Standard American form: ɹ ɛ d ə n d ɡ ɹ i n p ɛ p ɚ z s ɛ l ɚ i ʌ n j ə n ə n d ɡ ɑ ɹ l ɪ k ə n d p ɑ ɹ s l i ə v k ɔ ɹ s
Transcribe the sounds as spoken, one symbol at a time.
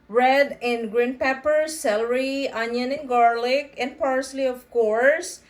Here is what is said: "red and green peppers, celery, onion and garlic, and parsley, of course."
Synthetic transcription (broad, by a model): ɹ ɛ d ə n ɡ ɹ i n p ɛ p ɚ s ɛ l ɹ i ʌ n j ə n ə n ɡ ɑ ɹ l ɪ k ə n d p ɑ ɹ s l i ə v k ɔ ɹ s